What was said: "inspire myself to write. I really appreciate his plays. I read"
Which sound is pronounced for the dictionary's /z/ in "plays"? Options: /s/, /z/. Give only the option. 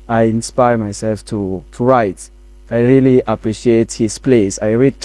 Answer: /s/